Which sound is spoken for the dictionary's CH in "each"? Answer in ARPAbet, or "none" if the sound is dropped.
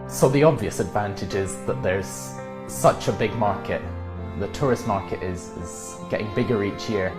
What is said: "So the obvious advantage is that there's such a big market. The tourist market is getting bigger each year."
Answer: CH